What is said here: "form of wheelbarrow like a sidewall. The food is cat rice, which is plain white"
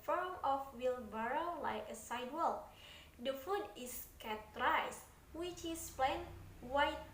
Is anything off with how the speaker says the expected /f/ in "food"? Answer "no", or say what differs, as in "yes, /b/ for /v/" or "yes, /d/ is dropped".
no